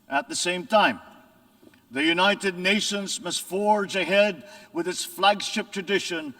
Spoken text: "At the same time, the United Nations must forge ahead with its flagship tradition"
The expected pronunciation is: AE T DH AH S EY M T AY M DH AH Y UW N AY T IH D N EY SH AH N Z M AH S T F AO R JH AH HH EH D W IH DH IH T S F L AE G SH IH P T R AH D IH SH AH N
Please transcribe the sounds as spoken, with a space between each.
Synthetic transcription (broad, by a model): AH T DH AH S EY M T AY M DH AH Y UW N AY T IH D N EY SH AH N Z M AH S T F AO R JH AH HH EH D W IH DH IH T S F L AE G SH IH P T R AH D IH SH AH N